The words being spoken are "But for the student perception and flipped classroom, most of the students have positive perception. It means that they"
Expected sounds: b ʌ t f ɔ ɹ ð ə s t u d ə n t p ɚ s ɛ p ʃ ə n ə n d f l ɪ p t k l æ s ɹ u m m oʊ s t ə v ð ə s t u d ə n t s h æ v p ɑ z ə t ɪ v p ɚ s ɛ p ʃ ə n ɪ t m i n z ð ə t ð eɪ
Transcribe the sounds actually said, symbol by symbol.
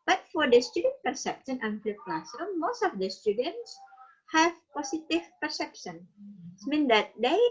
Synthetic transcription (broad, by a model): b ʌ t f ɔ ɹ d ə s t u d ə n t p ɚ s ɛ p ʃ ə n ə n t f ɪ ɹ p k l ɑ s ʌ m m oʊ s t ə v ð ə s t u d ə n t s h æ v p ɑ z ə t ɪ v p ɚ s ɛ p ʃ ə n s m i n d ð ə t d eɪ